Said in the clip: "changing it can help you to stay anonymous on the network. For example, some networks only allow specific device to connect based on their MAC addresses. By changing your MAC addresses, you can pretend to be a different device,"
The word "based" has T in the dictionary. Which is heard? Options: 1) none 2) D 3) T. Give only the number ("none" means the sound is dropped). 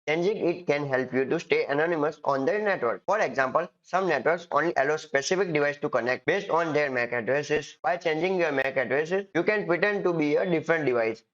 3